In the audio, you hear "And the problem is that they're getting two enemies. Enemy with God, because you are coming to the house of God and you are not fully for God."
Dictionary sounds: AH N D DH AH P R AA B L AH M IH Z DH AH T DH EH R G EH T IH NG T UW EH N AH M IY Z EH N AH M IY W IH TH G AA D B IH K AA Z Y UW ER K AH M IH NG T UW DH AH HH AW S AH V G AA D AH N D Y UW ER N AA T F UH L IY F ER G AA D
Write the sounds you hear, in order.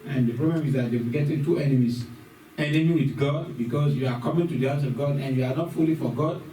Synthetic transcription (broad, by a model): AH N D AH P R AA B L AH M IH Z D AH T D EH W G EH T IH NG T UW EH N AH M IY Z EH N AH M IY W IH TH G AA D B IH K AA S Y UW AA K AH M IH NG T UW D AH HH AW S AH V G AA D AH N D Y UW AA N AA T F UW L IY F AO G AA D